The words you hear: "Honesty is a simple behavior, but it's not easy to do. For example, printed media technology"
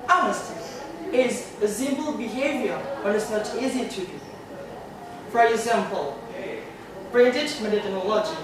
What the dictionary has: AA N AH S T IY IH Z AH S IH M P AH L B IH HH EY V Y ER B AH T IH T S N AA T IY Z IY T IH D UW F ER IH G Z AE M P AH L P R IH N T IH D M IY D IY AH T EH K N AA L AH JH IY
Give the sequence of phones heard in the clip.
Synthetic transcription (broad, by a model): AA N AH S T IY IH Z AH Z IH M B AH L B IH HH EY V Y ER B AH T IH T S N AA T IY Z IY T IH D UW F ER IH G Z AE M P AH L B R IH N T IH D M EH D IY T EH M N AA L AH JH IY